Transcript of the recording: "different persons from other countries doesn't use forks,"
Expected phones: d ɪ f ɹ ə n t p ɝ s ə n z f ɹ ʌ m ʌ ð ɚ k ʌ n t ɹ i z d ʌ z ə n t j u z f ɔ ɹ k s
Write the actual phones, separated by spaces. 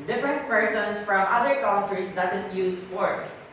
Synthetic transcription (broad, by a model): d ɪ f ɹ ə n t p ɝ s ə n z f ɹ ʌ m ʌ ð ɚ k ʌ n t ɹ i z d ʌ z ə n t j u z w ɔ ɹ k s